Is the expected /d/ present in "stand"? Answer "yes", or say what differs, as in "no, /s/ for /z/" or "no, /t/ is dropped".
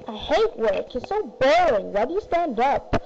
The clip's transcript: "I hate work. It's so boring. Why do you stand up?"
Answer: yes